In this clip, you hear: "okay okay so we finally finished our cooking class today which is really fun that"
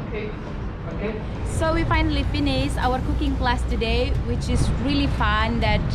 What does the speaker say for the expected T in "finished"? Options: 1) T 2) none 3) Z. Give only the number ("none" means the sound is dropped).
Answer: 2